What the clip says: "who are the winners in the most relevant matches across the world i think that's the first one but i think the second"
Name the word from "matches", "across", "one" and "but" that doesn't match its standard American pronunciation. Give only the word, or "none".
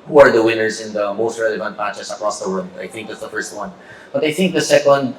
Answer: matches